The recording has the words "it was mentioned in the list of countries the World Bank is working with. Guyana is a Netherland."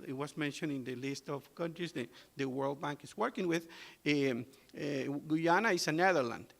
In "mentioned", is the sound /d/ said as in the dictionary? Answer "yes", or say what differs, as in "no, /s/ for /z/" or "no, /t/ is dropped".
no, /d/ is dropped